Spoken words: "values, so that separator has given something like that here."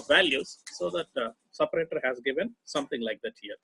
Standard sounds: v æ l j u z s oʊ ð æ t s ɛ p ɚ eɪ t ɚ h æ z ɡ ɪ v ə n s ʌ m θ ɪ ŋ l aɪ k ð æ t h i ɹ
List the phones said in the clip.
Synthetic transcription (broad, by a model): v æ l j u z s oʊ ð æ t s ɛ p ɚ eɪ t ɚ h æ z ɡ ɪ v ə n s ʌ m t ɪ ŋ l aɪ k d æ t h i ɹ